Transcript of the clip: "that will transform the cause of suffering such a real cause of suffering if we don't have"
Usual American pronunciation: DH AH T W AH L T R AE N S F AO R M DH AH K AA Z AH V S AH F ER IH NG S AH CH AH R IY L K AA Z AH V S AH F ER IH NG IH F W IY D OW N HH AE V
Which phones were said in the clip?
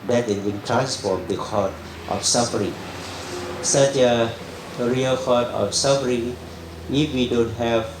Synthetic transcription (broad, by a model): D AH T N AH N T R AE N S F AO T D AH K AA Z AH F S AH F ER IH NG S AH CH AH R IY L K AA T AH F S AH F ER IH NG IH F W IY D OW N HH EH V